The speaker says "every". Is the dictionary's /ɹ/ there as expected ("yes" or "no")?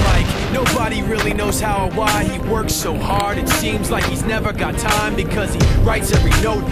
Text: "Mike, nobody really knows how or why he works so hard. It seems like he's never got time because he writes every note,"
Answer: yes